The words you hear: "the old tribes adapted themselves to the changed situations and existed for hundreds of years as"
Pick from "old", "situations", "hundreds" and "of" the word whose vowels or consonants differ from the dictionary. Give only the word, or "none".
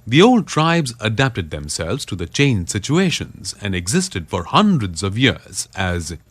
none